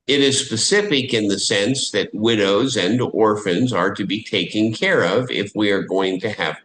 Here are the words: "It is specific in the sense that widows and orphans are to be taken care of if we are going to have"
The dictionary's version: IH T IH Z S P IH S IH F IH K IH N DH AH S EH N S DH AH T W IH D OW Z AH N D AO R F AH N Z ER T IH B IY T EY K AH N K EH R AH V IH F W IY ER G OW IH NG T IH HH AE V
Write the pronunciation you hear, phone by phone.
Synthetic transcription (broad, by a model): IH T IH Z S P IH S IH F IH K IH N DH AH S EH N S DH AH T W IH D OW Z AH N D AO R F AH N Z ER T IH B IY T EY K AH N K EH R AH V IH F W IY ER G OW IH NG T IH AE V